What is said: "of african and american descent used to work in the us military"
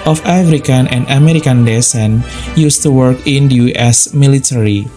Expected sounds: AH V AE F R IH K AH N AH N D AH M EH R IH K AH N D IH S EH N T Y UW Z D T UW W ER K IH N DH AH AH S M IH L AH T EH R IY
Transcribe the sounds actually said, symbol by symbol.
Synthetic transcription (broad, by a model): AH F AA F R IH K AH N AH N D AH M EH R IH K AH N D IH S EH N Y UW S T UW W ER K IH N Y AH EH S M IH L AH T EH R IY